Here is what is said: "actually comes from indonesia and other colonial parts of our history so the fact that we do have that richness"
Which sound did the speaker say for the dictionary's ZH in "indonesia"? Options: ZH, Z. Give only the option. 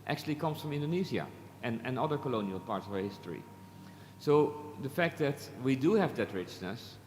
Z